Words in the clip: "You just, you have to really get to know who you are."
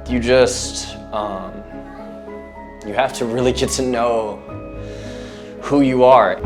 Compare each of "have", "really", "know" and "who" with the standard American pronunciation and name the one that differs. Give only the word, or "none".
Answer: have